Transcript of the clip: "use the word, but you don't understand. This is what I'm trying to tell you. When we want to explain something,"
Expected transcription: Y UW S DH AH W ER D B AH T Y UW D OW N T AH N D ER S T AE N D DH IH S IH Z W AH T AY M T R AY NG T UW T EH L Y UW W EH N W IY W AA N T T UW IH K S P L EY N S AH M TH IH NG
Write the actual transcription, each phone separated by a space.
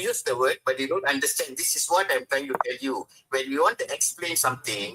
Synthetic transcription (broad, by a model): Y UW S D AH W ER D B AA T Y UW D OW N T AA N D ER S T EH N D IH S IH S W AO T AY M T R AY NG T UW T EH L Y UW W EH N W IY W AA N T T UW IH K S P L EY N S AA M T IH NG